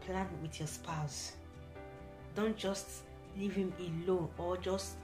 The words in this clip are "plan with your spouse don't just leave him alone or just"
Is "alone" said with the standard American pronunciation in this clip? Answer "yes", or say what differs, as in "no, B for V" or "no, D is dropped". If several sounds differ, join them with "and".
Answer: no, N is dropped